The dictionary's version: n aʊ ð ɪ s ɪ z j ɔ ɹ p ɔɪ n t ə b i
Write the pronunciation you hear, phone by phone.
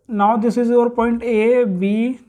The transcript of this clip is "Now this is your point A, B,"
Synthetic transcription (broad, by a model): n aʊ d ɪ s ɪ z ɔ ɹ p ɔɪ n t ə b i